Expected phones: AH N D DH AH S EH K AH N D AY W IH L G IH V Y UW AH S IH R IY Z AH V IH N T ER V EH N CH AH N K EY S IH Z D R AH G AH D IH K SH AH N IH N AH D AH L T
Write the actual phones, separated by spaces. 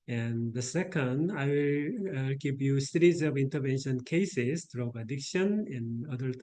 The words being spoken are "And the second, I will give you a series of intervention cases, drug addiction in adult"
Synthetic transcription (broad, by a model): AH N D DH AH S EH K AH N D AY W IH L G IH P Y UW S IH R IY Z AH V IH N T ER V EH N SH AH N K EY S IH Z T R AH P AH D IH K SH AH N IH N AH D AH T